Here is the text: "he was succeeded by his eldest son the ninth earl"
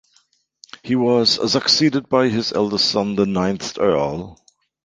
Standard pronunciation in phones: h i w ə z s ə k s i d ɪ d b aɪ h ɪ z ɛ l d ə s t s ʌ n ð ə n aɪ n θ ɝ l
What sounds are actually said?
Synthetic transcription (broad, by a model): h i w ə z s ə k s i d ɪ d b aɪ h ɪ z ɛ l d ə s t s ʌ n ð ə n aɪ n θ ɝ l